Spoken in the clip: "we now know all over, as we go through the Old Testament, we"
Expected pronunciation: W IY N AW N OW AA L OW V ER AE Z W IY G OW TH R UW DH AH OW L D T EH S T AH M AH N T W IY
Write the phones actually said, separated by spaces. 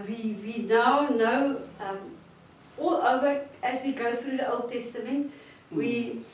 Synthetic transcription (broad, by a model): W IY N AW N OW AA L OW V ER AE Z W IY G OW TH R UW DH AH OW L D T EH S T AH M AH N T W IY